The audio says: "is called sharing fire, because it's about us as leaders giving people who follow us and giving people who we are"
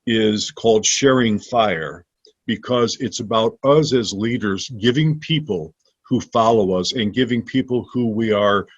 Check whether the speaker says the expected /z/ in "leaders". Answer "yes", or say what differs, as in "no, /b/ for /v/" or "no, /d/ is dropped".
yes